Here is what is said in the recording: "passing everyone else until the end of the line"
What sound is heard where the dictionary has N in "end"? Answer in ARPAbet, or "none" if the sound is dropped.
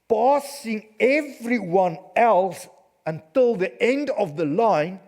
N